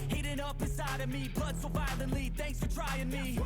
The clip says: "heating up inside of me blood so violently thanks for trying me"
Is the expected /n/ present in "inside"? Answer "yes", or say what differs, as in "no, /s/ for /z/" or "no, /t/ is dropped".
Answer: no, /n/ is dropped